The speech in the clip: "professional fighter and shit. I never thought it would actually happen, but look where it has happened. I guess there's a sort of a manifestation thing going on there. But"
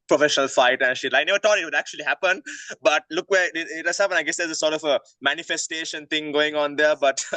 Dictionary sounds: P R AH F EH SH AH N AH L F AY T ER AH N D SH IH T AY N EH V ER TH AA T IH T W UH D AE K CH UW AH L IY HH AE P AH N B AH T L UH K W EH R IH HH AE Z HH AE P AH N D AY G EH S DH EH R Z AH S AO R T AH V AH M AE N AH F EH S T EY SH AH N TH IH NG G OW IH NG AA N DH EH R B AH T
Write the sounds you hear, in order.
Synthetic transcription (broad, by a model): P R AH F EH SH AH N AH L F AY T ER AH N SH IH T AY N EH V ER T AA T IH T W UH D AE K CH UW AH L IY HH AE P AH N B AH T L UH K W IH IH IH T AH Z HH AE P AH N AY G EH S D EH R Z AH S AO R T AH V AH M AE N AH F EH S T EY SH AH N T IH NG G OW IH NG AA N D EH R B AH T